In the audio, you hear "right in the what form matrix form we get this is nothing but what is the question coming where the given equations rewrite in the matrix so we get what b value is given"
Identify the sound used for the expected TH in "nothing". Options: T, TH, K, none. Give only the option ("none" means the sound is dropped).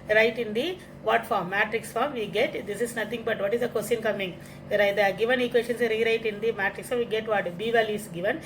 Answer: T